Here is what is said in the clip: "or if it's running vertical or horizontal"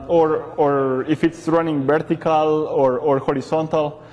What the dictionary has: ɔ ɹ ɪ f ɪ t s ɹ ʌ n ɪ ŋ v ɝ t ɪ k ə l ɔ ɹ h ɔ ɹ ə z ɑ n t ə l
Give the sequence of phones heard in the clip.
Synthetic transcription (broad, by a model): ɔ ɹ ɪ f ɪ t s ɹ ʌ n ɪ ŋ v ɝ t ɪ k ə l ɔ ɹ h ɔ ɹ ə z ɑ n t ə l